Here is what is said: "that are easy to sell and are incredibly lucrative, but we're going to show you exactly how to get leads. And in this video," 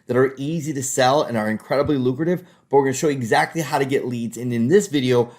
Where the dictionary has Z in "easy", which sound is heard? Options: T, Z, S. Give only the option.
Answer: Z